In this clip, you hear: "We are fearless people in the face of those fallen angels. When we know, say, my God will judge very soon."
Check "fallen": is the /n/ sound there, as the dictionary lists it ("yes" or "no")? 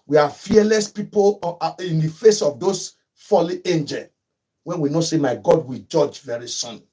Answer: no